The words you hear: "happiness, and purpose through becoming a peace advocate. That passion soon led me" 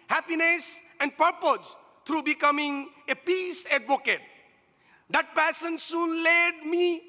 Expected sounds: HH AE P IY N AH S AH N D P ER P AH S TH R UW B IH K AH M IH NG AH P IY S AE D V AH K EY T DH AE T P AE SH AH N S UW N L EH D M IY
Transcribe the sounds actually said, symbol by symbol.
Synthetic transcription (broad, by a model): HH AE P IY N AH S AH N D P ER P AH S T R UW B IH K AH M IH NG AH P IY S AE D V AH K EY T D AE T P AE S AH N S UW N L EH D M IY